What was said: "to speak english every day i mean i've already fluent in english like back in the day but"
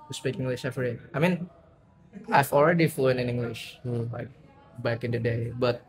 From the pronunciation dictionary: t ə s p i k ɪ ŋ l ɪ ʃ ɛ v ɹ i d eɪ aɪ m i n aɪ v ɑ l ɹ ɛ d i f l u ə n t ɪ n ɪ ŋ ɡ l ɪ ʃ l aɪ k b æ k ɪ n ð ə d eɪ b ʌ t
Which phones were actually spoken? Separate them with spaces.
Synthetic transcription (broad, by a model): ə s p i k ɪ ŋ l ɪ ʃ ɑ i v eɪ aɪ m i n aɪ v ɑ l ɹ ɛ d i f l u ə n ɪ n ɪ ŋ ɡ l ɪ ʃ l aɪ k b æ k ɪ n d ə d eɪ b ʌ t